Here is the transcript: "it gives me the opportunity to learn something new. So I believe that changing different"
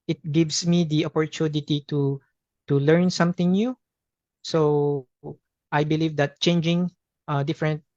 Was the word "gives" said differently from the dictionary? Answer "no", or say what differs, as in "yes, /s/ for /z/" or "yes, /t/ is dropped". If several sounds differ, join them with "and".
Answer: yes, /s/ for /z/